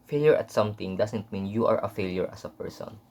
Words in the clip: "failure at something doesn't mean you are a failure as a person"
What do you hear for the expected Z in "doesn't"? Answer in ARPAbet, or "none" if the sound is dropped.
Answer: S